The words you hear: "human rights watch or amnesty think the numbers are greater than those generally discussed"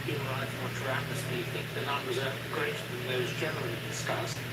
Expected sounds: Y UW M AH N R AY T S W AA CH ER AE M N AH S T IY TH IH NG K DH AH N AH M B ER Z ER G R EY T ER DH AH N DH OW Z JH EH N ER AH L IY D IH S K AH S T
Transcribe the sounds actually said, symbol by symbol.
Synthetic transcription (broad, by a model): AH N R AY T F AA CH ER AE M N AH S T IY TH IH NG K DH AH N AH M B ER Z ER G R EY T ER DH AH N DH OW Z JH EH N ER AH L IY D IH S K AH S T